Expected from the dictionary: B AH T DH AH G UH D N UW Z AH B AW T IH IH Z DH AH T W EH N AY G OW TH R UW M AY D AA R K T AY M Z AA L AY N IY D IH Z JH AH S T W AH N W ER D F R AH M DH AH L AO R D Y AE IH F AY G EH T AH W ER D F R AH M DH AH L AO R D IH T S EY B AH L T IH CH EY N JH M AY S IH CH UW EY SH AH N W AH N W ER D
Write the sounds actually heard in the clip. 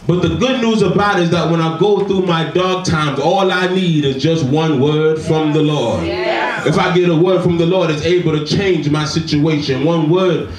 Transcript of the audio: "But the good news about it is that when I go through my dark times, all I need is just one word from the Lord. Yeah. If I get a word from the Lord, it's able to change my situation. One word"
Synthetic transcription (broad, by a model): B AH T DH AH G UH D N UW Z AH B AW T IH IH Z DH AH T W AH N AY G OW TH R UW M AY D AA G T AY M Z AA L AY N IY D IH Z JH AH S T W AH N W ER D F R AH M DH AH L AO R D IH F AY G EH T AH W ER D F R AH M DH AH L AO R D IH T S EY B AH L T IH CH EY N JH M AY S IH CH UW EY SH AH N W AH N W ER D